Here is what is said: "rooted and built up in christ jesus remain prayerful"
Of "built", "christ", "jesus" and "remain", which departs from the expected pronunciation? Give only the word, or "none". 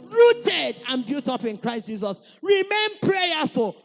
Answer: built